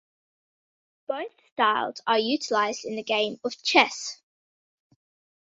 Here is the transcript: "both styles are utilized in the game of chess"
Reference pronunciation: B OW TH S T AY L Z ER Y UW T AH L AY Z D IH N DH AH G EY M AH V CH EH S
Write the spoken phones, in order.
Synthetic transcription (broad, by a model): B OW TH S T AY L Z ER Y UW T AH L AY Z D IH N DH AH G EY M AH V CH EH S